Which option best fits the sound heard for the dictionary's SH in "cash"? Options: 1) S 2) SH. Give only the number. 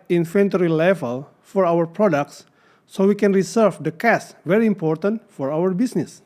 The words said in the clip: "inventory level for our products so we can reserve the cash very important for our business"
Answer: 1